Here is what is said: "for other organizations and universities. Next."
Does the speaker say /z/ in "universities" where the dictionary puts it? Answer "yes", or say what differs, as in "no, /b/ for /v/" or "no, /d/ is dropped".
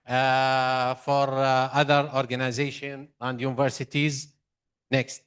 yes